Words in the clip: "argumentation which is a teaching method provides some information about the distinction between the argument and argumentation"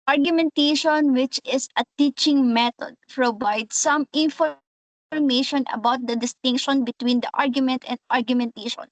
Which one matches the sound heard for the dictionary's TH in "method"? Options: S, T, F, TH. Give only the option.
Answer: T